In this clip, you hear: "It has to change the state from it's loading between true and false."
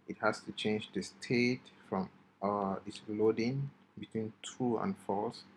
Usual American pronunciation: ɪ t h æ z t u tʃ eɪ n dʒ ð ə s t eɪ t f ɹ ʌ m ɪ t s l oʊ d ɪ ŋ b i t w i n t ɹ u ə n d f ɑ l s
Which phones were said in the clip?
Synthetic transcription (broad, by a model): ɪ t h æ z t u tʃ eɪ n dʒ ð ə s t eɪ t f ɹ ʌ m ɪ t s l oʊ d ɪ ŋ b i t w i n t u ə n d f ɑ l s